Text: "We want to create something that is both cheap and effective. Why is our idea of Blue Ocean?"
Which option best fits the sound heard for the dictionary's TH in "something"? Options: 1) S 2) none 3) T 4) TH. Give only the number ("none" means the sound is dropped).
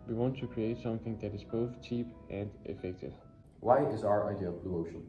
4